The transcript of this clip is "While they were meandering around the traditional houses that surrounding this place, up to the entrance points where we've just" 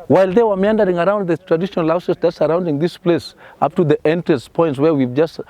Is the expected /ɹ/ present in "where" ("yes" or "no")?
yes